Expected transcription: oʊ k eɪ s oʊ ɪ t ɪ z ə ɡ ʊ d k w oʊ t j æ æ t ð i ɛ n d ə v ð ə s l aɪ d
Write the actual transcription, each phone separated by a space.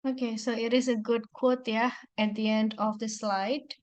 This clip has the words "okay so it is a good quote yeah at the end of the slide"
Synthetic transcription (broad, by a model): oʊ k eɪ s oʊ ɪ t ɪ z ə ɡ ʊ d k w oʊ t j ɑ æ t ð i ɛ n d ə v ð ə s l aɪ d